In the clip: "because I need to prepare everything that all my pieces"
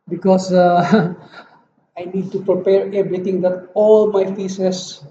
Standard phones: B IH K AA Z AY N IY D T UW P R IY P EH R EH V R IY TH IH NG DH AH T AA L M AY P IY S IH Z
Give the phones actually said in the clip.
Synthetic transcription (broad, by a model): B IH K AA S AY N IY D T UW P R IY P EH R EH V R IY T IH NG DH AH T AA L M AY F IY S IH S